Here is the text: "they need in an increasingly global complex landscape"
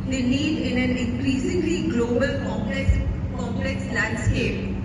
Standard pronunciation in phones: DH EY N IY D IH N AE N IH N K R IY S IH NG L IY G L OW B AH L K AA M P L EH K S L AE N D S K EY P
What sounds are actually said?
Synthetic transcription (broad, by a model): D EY L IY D IH N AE N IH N K R IY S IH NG L IY G L OW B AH L K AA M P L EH K S L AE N D S K EY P